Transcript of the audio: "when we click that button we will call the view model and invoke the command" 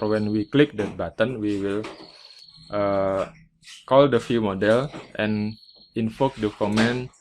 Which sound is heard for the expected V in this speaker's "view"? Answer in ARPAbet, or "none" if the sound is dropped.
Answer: F